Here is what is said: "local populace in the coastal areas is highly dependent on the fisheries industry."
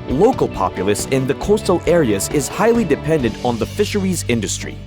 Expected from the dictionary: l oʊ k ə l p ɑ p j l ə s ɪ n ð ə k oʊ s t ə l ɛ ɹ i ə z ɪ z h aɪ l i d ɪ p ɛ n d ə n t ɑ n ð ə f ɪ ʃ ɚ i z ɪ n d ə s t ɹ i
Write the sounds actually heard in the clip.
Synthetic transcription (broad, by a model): l oʊ k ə l p ɑ p j l ə s ɪ n ð ə k oʊ s t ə l ɛ ɹ i ə z ɪ z h aɪ l i d ɪ p ɛ n d ə n t n ð ə f ɪ ʃ ɚ i z ɪ n d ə s t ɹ i